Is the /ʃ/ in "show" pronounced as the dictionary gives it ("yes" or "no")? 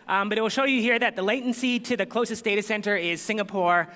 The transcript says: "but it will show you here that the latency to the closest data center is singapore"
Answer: yes